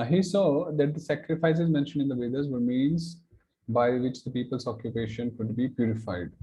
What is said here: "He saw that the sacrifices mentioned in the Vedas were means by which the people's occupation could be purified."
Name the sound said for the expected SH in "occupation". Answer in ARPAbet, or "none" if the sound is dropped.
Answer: SH